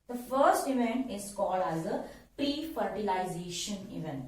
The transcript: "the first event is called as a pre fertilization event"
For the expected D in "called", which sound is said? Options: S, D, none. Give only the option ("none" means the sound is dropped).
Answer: D